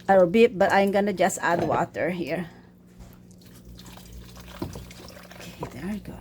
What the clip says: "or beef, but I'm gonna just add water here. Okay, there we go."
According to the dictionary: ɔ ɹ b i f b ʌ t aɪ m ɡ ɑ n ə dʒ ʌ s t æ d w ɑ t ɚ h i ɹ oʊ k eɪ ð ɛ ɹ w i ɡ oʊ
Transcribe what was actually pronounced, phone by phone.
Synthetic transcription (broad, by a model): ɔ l b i p b ʌ t aɪ m ɡ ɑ n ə dʒ ʌ s t æ d w ɑ t ɚ h i ɹ oʊ k eɪ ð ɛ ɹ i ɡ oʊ